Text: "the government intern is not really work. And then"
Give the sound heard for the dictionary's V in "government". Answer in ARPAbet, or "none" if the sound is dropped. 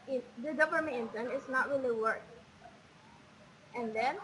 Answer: P